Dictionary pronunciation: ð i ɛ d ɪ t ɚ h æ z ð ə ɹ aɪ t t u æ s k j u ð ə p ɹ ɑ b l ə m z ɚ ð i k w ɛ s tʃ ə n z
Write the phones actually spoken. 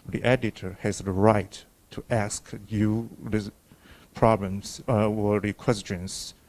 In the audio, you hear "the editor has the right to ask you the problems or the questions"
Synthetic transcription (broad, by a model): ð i ɛ d ɪ t ɚ h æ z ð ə ɹ aɪ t t u æ s k j u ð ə p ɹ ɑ b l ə m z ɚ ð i k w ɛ s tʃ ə n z